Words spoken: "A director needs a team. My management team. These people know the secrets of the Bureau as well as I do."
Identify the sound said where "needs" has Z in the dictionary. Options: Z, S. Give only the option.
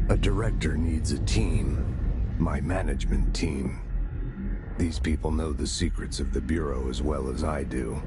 Z